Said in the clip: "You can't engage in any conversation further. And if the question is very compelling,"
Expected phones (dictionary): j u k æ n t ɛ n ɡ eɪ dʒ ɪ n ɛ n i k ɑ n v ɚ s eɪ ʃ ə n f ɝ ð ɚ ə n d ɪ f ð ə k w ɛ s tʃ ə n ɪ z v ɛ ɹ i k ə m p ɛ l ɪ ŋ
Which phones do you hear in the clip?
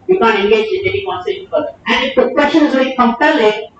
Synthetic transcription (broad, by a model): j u k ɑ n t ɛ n ɡ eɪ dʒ ɪ n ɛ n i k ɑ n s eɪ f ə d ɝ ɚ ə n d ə k w ɛ s tʃ ə n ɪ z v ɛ i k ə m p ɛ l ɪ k